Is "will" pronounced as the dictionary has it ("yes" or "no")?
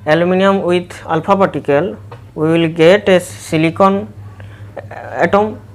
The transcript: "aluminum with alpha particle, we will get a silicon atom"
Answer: yes